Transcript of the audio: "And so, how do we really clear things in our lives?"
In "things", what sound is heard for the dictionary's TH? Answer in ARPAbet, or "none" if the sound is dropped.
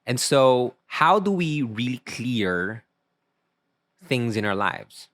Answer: TH